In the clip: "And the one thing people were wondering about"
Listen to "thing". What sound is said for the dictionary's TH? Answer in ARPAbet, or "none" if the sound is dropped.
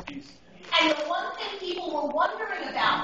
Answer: S